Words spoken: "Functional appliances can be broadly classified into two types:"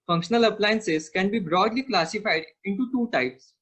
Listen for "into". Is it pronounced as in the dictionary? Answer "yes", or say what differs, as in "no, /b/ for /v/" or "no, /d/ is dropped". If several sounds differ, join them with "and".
yes